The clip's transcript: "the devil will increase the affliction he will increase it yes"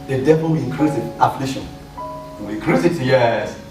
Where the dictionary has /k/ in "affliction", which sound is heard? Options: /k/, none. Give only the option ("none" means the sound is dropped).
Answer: none